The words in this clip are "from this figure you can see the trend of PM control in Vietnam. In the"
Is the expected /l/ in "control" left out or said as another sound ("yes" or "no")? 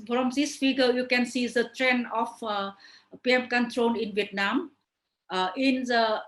yes